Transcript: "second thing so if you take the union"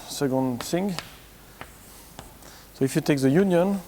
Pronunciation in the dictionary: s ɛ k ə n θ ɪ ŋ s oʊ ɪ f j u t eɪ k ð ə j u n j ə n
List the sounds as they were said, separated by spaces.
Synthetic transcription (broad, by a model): s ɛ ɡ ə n s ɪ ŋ s oʊ ɪ f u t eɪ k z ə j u n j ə n